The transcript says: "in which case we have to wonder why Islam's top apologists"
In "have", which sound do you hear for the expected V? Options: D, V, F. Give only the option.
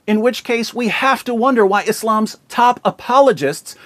F